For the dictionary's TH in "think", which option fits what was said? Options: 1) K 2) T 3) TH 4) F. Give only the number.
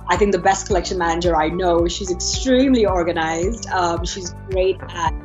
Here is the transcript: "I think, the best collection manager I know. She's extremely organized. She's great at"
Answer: 3